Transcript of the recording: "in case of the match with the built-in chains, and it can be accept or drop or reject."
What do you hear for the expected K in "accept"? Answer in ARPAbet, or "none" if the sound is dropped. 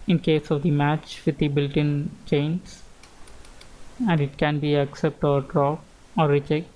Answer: K